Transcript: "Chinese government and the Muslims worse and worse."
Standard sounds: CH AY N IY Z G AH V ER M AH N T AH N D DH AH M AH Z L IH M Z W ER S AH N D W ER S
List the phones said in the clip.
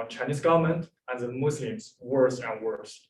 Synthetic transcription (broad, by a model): CH AY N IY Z G AH V ER M AH N T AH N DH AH M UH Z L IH M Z W ER S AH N W ER S